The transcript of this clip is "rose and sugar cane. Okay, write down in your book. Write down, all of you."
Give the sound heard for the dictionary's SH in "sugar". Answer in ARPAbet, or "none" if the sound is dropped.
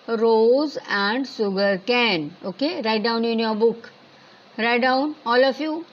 S